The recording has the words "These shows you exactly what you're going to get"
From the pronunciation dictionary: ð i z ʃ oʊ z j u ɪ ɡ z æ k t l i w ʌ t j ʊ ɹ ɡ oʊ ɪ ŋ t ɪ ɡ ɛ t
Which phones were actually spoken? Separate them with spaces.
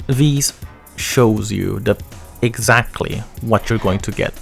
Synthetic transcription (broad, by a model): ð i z ʃ oʊ z j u ɪ ɡ z æ k t l i w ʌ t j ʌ ɹ ɡ oʊ ɪ ŋ t ɪ ɡ ɛ t